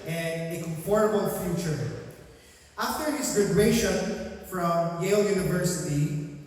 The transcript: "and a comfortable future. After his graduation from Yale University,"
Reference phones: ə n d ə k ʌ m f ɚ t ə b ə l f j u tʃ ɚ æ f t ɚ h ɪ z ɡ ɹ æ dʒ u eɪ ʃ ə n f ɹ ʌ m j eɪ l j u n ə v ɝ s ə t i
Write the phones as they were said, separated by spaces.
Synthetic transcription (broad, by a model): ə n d ə k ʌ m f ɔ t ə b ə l f j u tʃ ɚ æ f t ɚ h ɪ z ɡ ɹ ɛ u ʃ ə n f ɹ ʌ m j eɪ l j u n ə v ɝ s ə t i